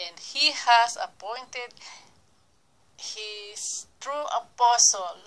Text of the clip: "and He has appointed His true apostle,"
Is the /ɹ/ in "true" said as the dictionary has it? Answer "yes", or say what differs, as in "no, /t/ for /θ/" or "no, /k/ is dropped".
yes